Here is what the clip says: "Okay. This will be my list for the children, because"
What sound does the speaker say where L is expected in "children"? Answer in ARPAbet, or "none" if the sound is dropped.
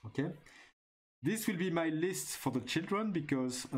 L